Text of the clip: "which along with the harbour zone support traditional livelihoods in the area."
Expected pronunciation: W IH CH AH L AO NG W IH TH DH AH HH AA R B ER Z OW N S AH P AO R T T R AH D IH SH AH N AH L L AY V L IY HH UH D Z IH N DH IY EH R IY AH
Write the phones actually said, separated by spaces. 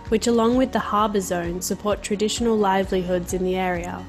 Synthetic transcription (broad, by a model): W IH CH AH L AO NG W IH DH AH HH AA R B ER Z OW N S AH P AO R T T R AH D IH SH AH N AH L L AY V L IY HH UH D Z IH N DH IY EH R IY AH